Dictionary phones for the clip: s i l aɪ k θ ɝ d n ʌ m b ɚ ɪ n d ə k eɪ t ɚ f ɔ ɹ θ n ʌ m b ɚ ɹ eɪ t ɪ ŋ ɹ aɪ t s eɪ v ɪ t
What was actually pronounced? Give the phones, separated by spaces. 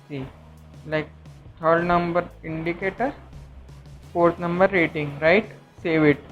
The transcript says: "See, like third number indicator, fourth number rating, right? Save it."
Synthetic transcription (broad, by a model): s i l aɪ k t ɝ d n ʌ m b ɚ ɪ n d ə k eɪ t ɚ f ɔ ɹ t n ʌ m b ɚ ɹ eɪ t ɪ ŋ ɹ aɪ t s eɪ v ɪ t